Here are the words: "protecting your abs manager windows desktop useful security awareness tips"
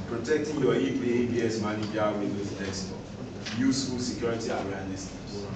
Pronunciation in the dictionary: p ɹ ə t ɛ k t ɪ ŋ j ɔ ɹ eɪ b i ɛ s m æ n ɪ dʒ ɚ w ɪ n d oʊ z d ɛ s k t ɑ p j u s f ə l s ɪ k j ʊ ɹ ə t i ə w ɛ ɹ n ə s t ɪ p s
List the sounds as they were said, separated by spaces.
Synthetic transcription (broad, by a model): p ɹ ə t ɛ k t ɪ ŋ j ɔ l eɪ b i ɛ s m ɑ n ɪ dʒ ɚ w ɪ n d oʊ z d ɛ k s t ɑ j u s f ə l s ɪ k j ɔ ɹ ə t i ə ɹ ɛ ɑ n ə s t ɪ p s